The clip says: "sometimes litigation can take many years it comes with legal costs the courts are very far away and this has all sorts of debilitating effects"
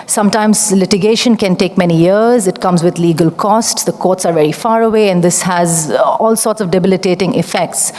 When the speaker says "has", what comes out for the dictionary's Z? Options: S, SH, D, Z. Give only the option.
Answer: Z